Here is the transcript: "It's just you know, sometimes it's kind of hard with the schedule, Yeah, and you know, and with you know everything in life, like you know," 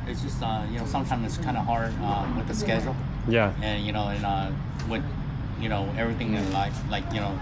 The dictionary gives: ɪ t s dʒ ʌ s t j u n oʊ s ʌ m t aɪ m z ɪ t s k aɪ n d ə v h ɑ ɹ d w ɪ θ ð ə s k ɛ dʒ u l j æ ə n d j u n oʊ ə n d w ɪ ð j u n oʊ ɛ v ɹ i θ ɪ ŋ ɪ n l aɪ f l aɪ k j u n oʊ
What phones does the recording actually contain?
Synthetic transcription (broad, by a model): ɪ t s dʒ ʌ s t j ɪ n oʊ s ʌ m t aɪ m z ɪ t s k aɪ n d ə h ɑ ɹ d w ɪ ð ə s k ɛ dʒ l j æ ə n j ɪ n oʊ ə n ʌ w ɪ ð j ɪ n oʊ ɛ v ɹ i θ ɪ ŋ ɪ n l aɪ f l aɪ k j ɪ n oʊ